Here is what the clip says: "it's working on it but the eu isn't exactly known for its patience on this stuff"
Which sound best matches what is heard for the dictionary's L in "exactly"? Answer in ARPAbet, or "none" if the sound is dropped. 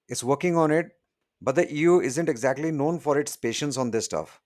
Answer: L